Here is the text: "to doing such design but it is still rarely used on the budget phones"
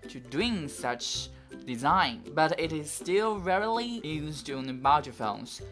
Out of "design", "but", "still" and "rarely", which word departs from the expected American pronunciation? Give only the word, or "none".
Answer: none